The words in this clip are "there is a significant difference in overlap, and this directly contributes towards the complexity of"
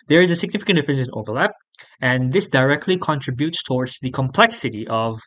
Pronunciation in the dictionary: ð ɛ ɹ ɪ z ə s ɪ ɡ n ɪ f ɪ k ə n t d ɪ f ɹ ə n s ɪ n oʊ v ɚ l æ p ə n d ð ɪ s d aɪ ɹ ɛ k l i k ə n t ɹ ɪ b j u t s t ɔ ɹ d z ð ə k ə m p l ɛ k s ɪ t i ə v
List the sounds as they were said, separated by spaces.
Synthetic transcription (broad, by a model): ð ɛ ɹ ɪ z ə s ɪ ɡ n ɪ f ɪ k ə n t d ɪ f ɹ ə n s ɪ n oʊ v ɚ l æ p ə n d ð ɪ s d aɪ ɹ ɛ k l i k ə n t ɹ ɪ b j u t s t ɔ ɹ d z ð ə k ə m p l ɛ k s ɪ t i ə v